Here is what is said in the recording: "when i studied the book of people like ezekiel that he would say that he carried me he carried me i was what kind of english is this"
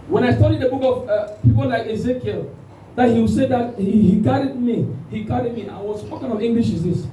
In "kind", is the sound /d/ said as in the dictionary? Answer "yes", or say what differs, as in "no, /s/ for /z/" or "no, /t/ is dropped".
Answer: no, /d/ is dropped